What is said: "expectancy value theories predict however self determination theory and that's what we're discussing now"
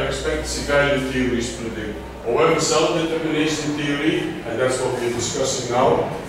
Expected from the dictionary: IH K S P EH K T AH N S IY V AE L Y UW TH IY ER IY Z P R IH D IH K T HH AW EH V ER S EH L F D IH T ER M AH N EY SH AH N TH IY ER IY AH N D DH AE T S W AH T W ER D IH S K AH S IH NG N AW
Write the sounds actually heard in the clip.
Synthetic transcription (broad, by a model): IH K S P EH K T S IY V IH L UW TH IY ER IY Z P IH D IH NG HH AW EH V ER S EH L F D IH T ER M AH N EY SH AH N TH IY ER IY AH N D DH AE T S W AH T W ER D IH S K AH S IH NG N AW